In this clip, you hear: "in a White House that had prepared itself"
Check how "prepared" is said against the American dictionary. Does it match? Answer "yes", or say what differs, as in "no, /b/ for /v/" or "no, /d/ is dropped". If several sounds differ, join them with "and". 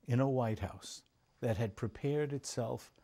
yes